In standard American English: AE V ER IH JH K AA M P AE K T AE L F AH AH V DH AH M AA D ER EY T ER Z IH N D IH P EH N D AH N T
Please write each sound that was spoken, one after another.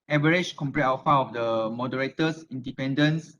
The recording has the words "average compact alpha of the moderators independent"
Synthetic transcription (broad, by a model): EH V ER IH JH K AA M P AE T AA F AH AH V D AH M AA D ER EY T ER S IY N D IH P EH N D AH N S